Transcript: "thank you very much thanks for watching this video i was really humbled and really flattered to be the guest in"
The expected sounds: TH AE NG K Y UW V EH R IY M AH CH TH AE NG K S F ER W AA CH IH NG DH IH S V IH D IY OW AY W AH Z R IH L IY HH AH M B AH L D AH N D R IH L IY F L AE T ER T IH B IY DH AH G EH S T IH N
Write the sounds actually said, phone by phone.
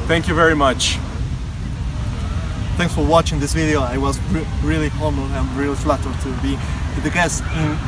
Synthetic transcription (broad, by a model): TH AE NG K Y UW V EH R IY M AH CH TH AE NG K S F ER W AA CH IH NG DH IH S V IH D IY OW AY W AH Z R IH L IY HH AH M AH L AH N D R IH L IY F L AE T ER T IH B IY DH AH G EH S T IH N